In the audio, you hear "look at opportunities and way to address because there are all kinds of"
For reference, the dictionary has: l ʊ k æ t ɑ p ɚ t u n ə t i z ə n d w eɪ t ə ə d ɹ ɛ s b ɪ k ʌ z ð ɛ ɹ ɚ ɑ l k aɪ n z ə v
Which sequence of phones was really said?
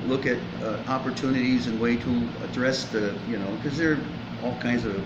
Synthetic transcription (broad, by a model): l ʊ k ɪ t ɑ p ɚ t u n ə t i z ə n w eɪ t ə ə d ɹ ɛ s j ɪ k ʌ z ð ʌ ɹ ɑ l k aɪ n z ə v